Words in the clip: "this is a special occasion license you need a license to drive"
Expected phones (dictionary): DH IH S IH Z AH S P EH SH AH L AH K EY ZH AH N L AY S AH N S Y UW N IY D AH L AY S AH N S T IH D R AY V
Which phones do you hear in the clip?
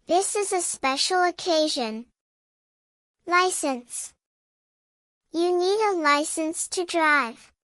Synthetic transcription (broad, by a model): DH IH S IH Z AH S P EH SH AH L AH K EY ZH AH N L AY S AH N S Y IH N IY D AH L AY S AH N S T IH D R AY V